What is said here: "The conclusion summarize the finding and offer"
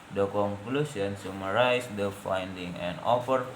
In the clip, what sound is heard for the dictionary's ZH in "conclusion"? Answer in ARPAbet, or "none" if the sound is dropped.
S